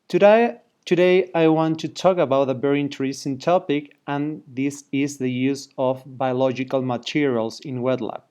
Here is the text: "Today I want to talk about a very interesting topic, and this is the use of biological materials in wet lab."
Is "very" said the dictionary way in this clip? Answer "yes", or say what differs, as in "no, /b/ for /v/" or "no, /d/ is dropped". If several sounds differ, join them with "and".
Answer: no, /b/ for /v/